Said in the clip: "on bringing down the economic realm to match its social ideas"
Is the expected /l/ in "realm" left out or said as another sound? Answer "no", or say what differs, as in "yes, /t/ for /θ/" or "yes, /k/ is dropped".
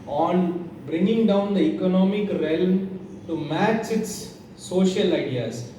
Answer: no